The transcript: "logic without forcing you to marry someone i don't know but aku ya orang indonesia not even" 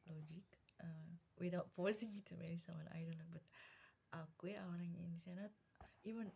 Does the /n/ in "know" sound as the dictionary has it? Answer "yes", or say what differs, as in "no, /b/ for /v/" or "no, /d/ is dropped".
no, /l/ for /n/